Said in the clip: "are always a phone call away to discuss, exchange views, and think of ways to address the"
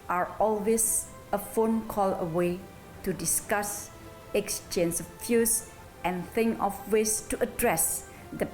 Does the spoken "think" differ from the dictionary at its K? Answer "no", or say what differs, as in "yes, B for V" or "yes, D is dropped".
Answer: yes, K is dropped